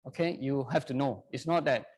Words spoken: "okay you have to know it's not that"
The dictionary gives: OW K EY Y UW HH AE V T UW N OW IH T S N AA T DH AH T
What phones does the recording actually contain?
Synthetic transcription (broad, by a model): OW K EY Y UW HH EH F T UW N OW IH T S N AA T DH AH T